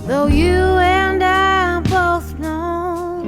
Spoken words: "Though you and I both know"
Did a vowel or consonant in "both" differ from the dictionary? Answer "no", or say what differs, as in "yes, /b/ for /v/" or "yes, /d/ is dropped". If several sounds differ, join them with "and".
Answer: no